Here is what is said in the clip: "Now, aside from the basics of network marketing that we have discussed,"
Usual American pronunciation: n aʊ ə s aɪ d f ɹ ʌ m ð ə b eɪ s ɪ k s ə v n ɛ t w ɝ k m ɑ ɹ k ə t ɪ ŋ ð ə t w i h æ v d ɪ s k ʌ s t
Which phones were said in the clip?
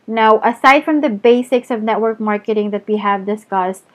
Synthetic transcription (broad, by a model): n aʊ ə s aɪ d f ɹ ʌ m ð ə b eɪ s ɪ k s ə v n ɛ t w ɝ k m ɑ ɹ k ə t ɪ ŋ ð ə t w i h æ v d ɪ s k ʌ s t